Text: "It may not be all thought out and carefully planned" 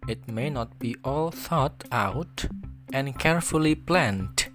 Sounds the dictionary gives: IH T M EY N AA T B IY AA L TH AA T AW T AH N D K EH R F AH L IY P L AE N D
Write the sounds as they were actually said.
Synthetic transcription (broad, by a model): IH T M EY N AA T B IY AA L TH AA T AW T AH N K EH R F AH L IY P L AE N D